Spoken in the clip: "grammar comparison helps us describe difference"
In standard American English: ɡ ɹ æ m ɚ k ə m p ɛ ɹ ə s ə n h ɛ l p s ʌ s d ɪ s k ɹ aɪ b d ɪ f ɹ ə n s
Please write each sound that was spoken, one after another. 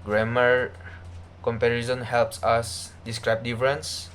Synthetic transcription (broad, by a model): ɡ ɹ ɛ m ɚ k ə m p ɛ ɹ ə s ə n h ɛ l p s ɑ s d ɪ s k ɹ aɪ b d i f ɹ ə n s